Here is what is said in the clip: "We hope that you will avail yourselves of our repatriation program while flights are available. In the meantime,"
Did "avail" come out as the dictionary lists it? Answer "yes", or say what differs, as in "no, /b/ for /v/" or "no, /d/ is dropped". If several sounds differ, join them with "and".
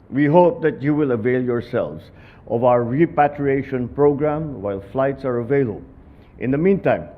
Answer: yes